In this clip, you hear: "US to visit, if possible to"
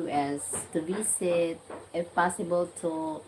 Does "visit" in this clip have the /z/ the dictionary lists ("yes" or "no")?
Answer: no